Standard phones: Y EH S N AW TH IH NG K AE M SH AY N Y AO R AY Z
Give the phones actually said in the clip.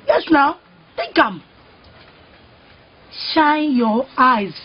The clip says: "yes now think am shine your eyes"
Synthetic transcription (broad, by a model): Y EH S N AW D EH K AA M SH AY N Y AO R AY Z